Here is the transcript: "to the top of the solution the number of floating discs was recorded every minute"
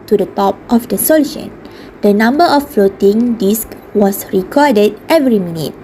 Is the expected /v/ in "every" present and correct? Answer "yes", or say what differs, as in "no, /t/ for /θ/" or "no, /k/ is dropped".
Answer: yes